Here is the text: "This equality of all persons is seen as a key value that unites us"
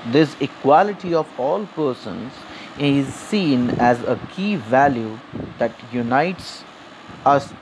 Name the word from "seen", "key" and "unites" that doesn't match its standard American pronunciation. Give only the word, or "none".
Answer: none